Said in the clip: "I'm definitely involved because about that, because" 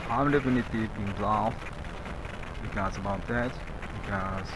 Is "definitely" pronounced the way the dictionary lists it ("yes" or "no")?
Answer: no